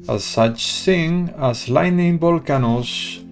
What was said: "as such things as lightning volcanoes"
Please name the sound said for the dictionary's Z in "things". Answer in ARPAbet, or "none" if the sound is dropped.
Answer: none